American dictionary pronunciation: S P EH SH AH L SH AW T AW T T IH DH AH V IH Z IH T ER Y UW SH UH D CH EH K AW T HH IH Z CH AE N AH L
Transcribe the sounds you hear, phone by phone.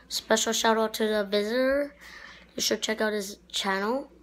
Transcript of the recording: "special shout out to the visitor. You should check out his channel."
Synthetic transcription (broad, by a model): S P EH SH L SH AW T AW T T IH DH AH V IH Z IH T ER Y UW SH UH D CH EH K AW T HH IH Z CH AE N L